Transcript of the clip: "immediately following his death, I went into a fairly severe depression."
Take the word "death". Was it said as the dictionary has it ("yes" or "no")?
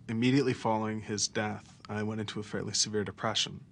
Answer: yes